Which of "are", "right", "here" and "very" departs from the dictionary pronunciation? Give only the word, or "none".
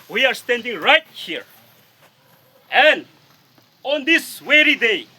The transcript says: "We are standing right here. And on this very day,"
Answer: very